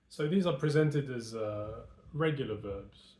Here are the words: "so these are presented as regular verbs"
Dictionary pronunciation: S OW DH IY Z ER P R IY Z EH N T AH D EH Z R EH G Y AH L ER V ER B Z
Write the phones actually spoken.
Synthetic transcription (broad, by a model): S OW DH IY Z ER P R IY Z EH N T AH D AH Z R EH G Y L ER V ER B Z